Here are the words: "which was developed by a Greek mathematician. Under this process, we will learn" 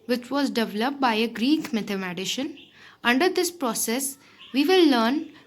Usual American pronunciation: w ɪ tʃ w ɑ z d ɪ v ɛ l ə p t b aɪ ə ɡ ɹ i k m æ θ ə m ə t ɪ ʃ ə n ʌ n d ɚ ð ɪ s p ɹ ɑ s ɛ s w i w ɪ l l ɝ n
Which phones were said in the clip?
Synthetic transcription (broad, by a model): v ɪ tʃ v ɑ z d ɪ v ɛ l ə p t b aɪ ə ɡ ɹ i k m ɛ t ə m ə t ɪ ʃ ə n ʌ n d ɚ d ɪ s p ɹ ɑ s ɛ s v i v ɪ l l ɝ n